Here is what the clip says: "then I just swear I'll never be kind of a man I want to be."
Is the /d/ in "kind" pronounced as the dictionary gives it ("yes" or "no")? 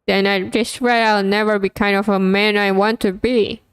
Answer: yes